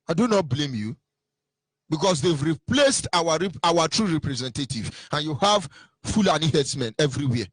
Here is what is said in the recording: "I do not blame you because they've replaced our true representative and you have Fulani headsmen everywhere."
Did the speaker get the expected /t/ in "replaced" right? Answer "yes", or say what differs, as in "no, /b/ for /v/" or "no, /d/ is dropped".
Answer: yes